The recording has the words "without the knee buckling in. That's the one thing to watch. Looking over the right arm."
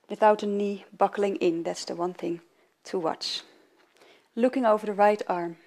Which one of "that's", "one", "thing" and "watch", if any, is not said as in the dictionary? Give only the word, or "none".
none